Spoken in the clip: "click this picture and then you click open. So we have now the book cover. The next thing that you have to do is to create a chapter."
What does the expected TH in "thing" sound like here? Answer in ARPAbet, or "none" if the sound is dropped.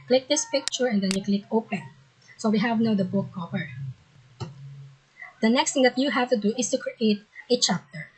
T